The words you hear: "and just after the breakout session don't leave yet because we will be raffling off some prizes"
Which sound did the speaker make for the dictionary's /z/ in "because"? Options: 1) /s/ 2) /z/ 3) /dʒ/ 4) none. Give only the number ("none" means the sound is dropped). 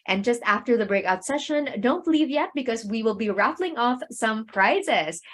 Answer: 2